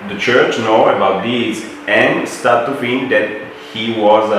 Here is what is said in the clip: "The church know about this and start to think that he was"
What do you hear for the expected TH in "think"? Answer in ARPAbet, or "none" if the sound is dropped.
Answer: F